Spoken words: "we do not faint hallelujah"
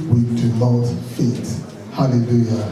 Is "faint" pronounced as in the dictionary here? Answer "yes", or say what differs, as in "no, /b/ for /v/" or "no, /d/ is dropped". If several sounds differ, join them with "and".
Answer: no, /n/ is dropped